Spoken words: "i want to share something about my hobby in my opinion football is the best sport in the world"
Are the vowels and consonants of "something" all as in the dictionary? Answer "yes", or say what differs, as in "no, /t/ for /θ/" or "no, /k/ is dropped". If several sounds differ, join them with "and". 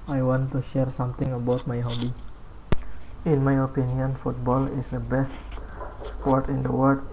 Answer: no, /t/ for /θ/